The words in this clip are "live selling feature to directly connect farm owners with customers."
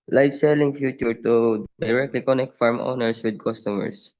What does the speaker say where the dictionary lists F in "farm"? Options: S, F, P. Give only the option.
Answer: F